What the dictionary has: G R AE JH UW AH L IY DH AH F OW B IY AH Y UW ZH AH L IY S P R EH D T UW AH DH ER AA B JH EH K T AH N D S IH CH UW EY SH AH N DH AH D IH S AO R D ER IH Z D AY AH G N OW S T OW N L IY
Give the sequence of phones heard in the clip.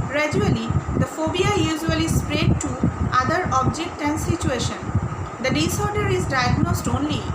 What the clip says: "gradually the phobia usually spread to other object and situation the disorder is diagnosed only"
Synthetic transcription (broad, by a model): G R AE JH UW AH L IY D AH F OW B IY AH Y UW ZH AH L IY S P R EH D T UW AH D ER AA B JH EH K T AH N D S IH CH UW EY SH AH N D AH D IH S AO R D ER IH Z D AY AH G N OW S T OW N L IY